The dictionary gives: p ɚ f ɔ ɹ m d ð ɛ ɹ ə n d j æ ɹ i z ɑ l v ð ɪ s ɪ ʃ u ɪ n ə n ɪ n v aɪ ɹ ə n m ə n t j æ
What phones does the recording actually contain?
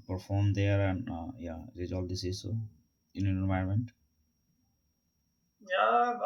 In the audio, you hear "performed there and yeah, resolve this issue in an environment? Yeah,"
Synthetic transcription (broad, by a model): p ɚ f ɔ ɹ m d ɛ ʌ ɹ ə n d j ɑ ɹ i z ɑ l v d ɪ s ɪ s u ɪ n ə n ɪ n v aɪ ə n m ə n t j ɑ